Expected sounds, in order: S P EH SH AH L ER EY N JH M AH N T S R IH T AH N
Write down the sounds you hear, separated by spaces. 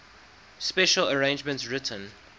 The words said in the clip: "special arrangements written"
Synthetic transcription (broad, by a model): S P EH SH AH L ER EY N JH M AH N T S R IH T AH N